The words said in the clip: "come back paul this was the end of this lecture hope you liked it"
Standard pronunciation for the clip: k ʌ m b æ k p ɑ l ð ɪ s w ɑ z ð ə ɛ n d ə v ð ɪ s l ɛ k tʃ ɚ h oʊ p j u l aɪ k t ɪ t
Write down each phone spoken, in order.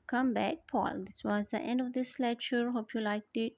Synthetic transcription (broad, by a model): k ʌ m b æ k p ɑ l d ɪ s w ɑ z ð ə ɛ n d ə v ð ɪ s l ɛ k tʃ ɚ h oʊ p j u l aɪ k t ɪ t